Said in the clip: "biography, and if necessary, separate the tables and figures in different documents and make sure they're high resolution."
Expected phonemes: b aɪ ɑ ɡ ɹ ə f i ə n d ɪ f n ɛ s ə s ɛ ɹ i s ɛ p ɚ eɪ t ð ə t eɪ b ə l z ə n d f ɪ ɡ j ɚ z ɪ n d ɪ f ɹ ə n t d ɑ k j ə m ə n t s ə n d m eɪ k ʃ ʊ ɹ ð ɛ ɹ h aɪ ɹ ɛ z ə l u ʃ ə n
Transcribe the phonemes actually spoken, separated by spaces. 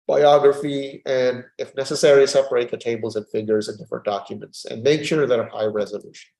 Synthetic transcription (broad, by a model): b aɪ ɑ ɡ ɹ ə f i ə n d ɪ f n ɛ s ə s ɛ ɹ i s ɛ p ɚ eɪ t ð ə t eɪ b l z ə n f ɪ ɡ j ɚ z ɪ n d ɪ f ɹ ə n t d ɑ k j ə m ə n t s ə n m eɪ k ʃ ʊ ɹ ð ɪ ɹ h aɪ ɹ ɛ z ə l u ʃ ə n